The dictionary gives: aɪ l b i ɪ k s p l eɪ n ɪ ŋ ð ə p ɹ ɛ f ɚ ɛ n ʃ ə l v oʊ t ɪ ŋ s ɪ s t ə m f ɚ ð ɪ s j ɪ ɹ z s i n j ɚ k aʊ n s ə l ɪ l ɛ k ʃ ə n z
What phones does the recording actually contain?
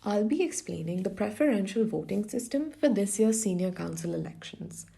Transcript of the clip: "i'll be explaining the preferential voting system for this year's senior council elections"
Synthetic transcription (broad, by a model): aɪ l b i ɪ k s p l eɪ n ɪ ŋ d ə p ɹ ɛ f ɚ ɛ n ʃ ə l v oʊ t ɪ ŋ s ɪ s t ə m f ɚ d ɪ s j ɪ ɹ s i n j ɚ k aʊ n s ə l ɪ l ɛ k ʃ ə n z